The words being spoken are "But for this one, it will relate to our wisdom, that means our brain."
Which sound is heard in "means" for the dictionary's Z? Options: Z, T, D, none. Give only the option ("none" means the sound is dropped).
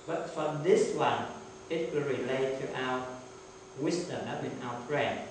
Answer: none